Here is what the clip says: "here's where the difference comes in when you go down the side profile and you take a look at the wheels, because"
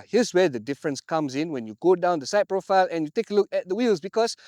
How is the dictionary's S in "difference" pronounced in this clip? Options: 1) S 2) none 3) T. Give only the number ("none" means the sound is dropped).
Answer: 1